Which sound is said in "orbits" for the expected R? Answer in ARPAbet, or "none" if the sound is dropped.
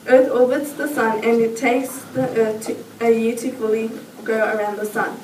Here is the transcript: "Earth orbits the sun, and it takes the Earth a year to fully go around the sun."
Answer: L